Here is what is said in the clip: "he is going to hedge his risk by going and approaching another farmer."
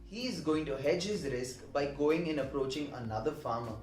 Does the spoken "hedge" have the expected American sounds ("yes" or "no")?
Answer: yes